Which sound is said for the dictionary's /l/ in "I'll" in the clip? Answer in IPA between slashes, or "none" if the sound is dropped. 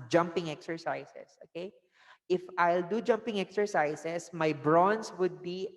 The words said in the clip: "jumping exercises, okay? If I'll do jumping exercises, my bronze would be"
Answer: /l/